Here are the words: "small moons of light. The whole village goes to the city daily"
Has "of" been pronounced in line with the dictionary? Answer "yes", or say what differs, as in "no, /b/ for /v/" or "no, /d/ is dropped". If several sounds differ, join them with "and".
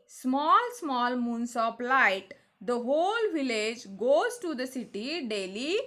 no, /p/ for /v/